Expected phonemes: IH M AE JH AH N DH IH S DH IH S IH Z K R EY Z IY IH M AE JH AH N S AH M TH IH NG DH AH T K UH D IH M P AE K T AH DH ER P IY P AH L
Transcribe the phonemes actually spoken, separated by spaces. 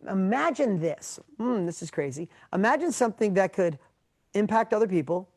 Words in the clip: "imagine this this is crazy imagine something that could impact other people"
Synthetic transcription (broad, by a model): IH M AE JH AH N DH IH S DH IH S IH Z K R EY Z IY IH M AE JH AH N S AH M TH IH NG DH AH T K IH D IH M P AE K T AH DH ER P IY P L